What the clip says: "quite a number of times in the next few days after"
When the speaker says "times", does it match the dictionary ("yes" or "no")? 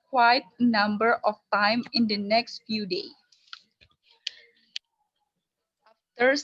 no